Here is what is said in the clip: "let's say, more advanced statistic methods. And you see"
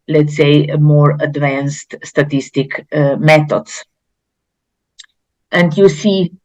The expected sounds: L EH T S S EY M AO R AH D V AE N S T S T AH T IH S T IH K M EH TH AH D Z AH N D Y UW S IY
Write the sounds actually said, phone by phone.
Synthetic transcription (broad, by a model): L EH T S S EY M AO R AH D V AE N S T S T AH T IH S T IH K M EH T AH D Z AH N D Y UW S IY